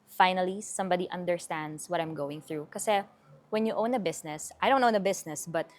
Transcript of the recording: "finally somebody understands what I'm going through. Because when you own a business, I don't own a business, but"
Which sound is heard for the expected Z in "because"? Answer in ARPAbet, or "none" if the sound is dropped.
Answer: none